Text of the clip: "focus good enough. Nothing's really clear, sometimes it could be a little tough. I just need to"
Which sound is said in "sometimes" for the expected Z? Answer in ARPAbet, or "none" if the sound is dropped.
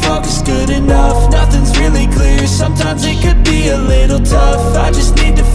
Z